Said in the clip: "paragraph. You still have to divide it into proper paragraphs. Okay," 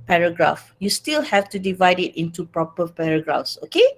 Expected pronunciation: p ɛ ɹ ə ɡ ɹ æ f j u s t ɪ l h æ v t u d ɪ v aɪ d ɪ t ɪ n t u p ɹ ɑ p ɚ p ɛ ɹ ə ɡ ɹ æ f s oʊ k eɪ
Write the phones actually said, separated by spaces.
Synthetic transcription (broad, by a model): p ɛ ɹ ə ɡ ɹ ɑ f j u s t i l h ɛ f t u d ɪ v aɪ d ɪ t ɪ n t u p ɹ ɑ p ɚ p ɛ ɹ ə ɡ ɹ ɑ f s oʊ k eɪ